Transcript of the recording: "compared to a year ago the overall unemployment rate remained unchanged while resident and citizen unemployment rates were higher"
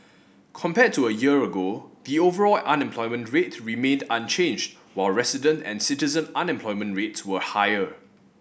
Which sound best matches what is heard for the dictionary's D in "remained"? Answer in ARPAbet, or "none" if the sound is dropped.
D